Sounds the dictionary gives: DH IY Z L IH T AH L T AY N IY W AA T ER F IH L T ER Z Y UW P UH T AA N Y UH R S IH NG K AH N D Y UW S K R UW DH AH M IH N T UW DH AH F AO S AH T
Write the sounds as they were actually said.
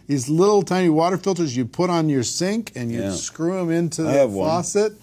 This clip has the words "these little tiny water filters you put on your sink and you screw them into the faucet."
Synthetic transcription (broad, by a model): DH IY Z L IH T L T AY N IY W AA T ER F IH L T ER Z Y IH P UH T N Y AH R S IH NG K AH N Y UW S K R UW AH M IH N T UW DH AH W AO S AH T